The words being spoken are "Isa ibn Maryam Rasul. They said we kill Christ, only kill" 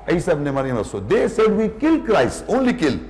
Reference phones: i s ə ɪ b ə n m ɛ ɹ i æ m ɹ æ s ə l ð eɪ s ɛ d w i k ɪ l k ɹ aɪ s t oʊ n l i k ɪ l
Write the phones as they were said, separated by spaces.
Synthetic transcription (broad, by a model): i s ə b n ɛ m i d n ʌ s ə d eɪ s ɛ d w i k ɪ l k ɹ aɪ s oʊ n l i k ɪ l